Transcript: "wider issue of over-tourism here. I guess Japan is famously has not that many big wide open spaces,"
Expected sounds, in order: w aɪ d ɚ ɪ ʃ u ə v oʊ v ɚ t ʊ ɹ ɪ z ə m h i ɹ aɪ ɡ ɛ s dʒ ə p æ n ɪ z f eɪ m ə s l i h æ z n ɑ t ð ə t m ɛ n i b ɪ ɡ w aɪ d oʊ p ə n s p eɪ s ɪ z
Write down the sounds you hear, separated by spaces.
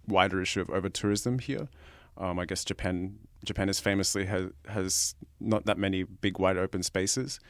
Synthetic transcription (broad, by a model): w aɪ d ɚ ɪ ʃ u ə v oʊ v ɚ t ʊ ɹ ɪ z ə m h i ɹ aɪ ɡ ɛ s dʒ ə p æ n ɪ z f eɪ m ə s l i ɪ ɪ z n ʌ t ð ə t m ɛ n i b ɪ ɡ w aɪ d oʊ p ə n s p eɪ s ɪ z